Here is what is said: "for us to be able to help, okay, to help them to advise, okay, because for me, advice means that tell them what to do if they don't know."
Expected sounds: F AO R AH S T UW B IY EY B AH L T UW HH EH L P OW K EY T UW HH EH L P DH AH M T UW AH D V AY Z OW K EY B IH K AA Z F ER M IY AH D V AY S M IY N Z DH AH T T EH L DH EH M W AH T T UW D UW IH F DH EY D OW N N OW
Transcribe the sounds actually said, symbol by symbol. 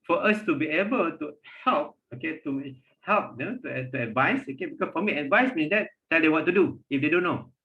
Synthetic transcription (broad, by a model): F AO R AH S T UW B IY EY B AH L T UW HH EH L P OW K EY T UW HH EH L P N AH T T UW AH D V AY S OW K EY B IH K AA S F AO M IY AH D V AY S M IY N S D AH T T EH L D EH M W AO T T UW D UW IH F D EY D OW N N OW